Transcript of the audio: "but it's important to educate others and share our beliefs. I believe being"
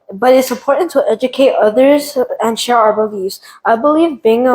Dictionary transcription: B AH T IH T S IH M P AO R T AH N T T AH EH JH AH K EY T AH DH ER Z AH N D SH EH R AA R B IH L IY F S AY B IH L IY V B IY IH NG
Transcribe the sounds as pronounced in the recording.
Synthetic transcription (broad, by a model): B AH T IH T S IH M P AO R T N T T EH JH AH K EY T AH DH ER Z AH N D SH EH R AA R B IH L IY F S AY B IH L IY V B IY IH NG